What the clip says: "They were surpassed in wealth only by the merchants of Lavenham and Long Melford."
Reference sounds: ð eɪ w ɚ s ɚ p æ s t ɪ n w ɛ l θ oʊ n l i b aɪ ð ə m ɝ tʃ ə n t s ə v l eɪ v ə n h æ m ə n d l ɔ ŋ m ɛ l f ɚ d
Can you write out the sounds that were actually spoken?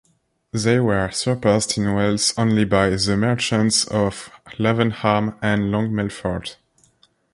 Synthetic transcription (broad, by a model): ð eɪ w ɚ s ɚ p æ s t ɪ n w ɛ l s oʊ n l i b aɪ ð ə m ɝ tʃ ə n t s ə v l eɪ v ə n h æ m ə n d l ɔ ŋ m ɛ l f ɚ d